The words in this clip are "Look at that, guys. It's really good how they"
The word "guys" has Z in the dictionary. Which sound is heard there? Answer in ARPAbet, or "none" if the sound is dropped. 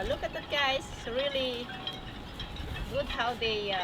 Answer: none